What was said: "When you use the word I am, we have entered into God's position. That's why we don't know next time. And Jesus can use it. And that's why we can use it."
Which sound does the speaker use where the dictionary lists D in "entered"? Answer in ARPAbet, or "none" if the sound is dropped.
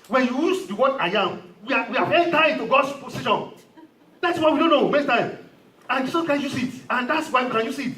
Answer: none